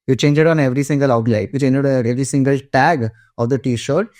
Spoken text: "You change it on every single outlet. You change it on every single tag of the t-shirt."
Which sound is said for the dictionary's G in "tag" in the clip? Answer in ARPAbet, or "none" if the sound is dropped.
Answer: G